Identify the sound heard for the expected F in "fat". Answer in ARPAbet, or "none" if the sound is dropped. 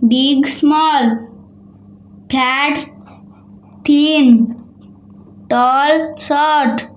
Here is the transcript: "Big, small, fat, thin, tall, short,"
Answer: P